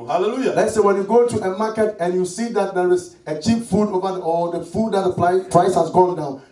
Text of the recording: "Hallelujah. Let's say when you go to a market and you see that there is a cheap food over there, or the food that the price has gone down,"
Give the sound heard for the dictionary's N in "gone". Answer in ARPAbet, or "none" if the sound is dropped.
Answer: L